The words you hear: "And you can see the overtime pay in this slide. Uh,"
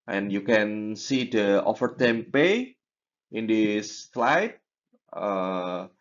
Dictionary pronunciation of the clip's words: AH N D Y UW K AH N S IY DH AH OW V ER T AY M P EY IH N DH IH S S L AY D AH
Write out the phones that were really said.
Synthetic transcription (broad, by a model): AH N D Y UW K AH N S IY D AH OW F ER T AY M P EY IH N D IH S S L AY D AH